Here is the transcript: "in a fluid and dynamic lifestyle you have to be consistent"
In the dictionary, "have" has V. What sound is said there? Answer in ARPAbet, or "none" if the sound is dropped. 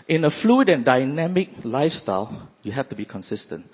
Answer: F